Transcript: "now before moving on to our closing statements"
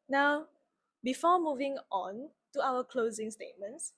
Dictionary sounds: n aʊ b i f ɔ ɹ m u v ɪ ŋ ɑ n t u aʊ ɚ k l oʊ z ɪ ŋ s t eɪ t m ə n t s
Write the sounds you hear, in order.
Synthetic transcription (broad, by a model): n aʊ b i f ɔ m u v ɪ ŋ ɑ n t u aʊ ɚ k l oʊ z ɪ ŋ s t eɪ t m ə n t s